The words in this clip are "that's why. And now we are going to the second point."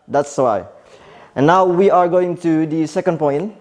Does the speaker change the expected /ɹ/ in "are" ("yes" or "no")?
no